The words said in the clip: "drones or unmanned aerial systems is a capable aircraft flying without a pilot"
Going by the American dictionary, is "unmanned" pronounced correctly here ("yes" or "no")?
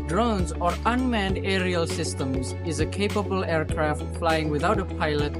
yes